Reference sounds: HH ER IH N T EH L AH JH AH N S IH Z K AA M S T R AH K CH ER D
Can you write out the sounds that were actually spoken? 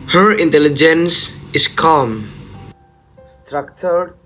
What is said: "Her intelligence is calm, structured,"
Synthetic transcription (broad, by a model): HH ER IH N T EH L AH JH AH N S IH S K AA M S T R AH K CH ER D